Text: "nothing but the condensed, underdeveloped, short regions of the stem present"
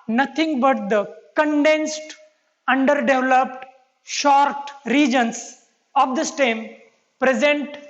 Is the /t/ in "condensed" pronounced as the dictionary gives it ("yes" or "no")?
yes